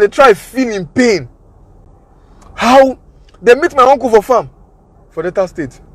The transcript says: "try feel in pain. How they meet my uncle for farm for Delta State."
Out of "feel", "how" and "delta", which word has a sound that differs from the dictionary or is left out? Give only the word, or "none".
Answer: delta